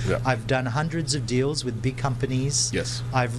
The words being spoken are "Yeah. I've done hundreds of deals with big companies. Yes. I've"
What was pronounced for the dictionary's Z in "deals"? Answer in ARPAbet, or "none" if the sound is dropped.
Z